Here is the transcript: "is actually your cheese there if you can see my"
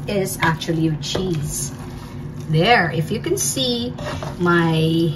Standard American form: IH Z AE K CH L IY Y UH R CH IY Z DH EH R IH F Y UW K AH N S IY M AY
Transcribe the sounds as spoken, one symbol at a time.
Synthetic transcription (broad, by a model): IH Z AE K CH IY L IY CH IY Z DH EH R IH F Y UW K AH N S IY M AY